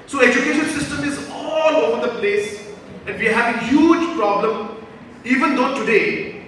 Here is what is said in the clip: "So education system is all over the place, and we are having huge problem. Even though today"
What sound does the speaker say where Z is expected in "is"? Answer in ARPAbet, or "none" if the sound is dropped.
Z